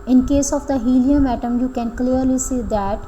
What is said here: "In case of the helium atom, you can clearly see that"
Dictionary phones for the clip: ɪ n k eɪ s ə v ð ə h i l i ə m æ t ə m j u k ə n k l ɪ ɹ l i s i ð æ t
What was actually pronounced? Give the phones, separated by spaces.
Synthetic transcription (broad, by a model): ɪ n k eɪ s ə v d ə h i l i ə m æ t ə m j u k ə n k l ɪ ɹ l i s i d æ t